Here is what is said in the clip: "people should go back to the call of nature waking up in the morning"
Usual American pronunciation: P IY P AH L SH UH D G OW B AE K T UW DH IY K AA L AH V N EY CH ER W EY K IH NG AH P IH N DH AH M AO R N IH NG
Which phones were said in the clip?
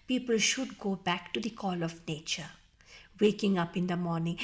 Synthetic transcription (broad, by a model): P IY P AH L SH UH D G OW B AE K T UW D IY K AA L AH V N EY CH ER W EY K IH NG AH P IH N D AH M AO R N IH NG